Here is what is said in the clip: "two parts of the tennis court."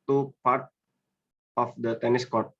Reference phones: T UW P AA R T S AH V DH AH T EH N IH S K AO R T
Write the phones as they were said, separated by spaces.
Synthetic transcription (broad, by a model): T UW P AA R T AH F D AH T EH N IH S K AO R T